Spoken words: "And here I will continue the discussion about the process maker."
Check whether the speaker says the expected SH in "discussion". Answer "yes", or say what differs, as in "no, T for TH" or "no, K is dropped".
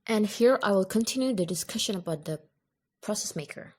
yes